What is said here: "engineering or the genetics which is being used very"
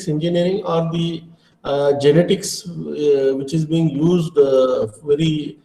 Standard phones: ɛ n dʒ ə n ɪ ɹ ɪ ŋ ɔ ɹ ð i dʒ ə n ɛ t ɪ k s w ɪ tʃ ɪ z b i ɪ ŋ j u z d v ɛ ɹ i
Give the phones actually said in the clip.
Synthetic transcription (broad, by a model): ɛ n dʒ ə n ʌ ɹ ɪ ŋ ɔ ɹ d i dʒ ə n ɛ t ɪ k s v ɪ tʃ ɪ z b i ɪ ŋ j u z d v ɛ ɹ i